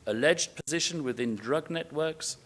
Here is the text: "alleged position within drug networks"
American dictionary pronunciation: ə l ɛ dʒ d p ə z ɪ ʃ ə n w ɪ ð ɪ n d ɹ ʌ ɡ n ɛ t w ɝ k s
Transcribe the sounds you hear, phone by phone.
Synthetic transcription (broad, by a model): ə l ɛ dʒ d p ə z ɪ ʃ ə n w ɪ ð ɪ n d ɹ ʌ ɡ n ɛ t w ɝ k s